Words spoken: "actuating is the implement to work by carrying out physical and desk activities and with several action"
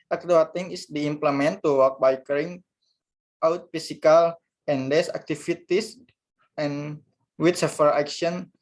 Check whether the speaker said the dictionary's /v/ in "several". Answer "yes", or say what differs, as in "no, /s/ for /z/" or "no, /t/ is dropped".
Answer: no, /f/ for /v/